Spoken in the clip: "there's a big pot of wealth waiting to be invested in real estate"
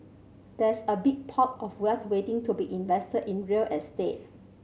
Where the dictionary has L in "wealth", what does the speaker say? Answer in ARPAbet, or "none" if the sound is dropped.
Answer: none